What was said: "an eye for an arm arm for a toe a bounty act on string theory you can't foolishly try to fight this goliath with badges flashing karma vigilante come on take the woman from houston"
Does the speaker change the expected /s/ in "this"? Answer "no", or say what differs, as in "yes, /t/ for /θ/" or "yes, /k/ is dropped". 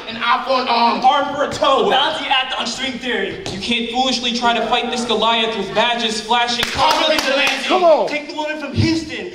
no